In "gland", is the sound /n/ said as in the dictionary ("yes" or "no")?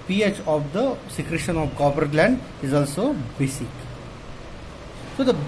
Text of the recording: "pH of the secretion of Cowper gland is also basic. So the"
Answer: yes